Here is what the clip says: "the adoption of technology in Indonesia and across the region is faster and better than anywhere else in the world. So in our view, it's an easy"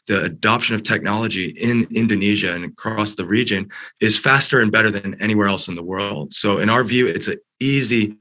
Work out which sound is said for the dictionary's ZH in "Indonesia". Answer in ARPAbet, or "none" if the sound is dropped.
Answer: ZH